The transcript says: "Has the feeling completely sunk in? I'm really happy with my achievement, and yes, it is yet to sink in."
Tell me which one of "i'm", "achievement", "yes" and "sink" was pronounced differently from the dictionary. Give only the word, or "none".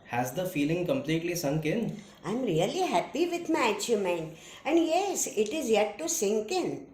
achievement